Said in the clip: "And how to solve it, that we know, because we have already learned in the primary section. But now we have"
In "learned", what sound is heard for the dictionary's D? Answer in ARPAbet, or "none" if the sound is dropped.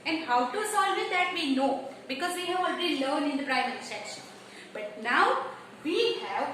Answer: none